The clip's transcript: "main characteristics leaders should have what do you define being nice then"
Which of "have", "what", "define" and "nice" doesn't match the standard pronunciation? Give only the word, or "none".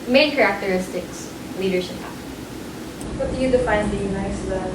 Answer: have